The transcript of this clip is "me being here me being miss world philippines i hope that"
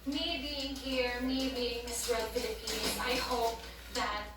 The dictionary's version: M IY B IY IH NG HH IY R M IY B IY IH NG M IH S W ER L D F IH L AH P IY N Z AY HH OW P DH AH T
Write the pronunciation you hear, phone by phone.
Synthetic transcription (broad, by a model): M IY B IY IH NG HH IY R M IY B IY IH NG M IH S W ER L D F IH L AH P IY N S AY HH OW P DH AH T